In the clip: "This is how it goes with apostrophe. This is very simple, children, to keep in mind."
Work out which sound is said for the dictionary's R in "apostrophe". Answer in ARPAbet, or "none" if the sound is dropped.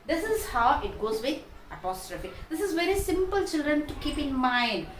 R